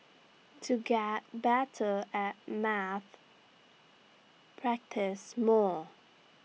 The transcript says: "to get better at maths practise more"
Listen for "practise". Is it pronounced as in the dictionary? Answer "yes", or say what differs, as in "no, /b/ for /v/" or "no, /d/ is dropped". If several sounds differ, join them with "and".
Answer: yes